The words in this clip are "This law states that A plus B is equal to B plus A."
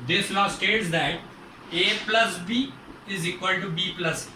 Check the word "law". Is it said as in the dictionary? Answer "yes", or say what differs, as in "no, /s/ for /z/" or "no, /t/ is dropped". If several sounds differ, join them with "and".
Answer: no, /n/ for /l/